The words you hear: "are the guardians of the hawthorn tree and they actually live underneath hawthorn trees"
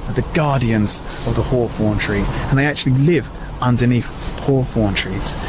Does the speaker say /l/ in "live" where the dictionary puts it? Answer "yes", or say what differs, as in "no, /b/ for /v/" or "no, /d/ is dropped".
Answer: yes